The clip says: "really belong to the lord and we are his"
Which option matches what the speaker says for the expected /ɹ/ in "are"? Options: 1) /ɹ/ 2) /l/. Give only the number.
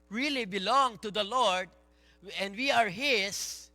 1